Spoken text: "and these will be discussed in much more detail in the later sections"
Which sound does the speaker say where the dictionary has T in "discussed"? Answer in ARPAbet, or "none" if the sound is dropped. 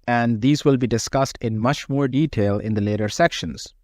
T